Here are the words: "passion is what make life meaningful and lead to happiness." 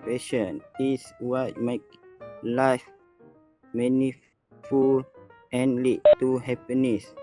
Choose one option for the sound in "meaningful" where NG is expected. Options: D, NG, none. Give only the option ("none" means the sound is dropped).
none